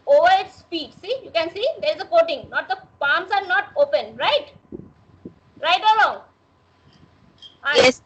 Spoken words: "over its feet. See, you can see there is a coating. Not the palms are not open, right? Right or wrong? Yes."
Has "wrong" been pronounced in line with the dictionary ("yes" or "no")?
no